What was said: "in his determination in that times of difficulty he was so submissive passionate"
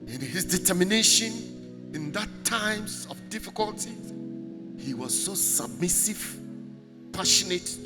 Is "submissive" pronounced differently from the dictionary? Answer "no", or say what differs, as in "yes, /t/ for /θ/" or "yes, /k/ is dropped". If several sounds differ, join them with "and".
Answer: no